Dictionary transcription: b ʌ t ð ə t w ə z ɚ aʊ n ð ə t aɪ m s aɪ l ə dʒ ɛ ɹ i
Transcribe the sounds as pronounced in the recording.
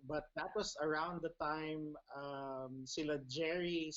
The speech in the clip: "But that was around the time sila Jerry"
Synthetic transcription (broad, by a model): b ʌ t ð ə t w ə s ɚ aʊ n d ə t aɪ m s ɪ l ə dʒ ɛ ɹ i